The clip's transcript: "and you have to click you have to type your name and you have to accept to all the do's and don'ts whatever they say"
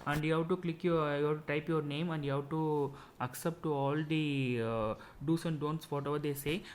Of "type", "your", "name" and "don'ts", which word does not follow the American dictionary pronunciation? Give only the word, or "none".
none